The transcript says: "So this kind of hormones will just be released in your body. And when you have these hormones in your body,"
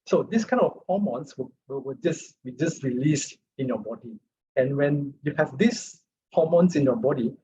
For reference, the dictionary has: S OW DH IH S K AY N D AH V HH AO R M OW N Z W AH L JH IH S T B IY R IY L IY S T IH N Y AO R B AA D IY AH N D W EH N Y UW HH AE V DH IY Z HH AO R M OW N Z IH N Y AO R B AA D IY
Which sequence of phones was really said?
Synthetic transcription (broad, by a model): S OW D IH S K AY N AH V HH AO M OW N S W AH W JH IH S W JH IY R IY L IY S T IH N Y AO B AA D IY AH N W EH N Y UW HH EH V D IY S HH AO M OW N S IH N Y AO B AA D IY